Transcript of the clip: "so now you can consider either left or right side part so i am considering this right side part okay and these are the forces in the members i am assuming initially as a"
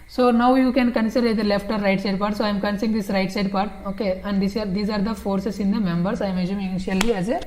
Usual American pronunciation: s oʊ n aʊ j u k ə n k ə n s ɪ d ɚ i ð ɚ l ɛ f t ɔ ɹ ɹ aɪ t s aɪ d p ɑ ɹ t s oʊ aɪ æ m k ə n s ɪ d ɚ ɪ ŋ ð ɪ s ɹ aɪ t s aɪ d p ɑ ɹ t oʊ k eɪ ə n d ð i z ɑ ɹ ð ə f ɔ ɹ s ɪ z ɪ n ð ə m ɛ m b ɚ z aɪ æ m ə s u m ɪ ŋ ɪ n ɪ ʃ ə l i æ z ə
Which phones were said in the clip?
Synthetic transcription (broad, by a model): s oʊ n aʊ j u k ə n k ə n s ɪ d ɚ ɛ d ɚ l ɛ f t ɔ ɹ ɹ aɪ t s aɪ d p ɑ ɹ t s oʊ aɪ m k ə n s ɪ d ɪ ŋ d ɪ s ɹ aɪ t s aɪ d p ɑ ɹ t oʊ k eɪ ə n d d i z ɑ ɹ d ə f ɔ ɹ s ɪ s ɪ n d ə m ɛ m b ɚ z aɪ m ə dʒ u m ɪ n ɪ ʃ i ə l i æ z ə